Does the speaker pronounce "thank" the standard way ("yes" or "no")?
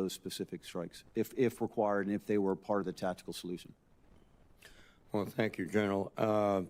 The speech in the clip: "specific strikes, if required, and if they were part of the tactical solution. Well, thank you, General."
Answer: yes